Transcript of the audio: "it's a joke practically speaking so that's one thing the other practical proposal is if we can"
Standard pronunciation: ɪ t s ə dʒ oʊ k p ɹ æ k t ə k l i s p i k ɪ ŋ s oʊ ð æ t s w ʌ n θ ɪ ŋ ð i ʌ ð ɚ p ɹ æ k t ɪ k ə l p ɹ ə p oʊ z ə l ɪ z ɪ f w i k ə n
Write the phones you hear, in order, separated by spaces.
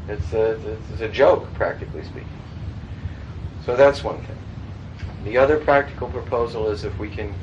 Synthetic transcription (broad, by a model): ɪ t s ə dʒ oʊ k p ɹ æ k t ə k l i s p i k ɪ ŋ s oʊ ð æ t s w ʌ n θ ɪ ŋ ð i ʌ ð ɚ p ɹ æ k t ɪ k l p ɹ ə p oʊ z l ɪ z ɪ f w i k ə n